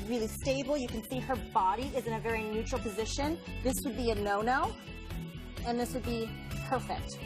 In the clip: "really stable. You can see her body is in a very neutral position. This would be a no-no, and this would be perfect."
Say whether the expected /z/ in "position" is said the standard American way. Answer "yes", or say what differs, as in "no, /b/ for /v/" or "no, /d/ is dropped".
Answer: yes